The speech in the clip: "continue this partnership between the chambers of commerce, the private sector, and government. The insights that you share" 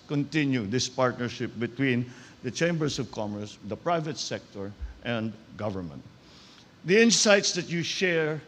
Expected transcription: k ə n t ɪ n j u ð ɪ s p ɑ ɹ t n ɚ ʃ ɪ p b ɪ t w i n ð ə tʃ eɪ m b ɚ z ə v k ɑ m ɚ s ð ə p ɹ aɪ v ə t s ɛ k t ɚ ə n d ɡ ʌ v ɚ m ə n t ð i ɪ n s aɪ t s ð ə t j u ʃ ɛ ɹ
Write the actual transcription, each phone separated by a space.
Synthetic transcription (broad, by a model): k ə n t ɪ n j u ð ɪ s p ɑ ɹ t n ɚ ʃ ɪ p b ɪ t w i n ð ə tʃ eɪ m b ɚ s ə v k ɑ m ɚ s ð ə p ɹ aɪ v ə t s ɛ k t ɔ ə n d ɡ ʌ v ɚ m ə n t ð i ɪ n s aɪ t s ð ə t j u ʃ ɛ ɹ